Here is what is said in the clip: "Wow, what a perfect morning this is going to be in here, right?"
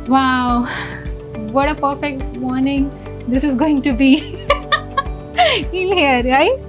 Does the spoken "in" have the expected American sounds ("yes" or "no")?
no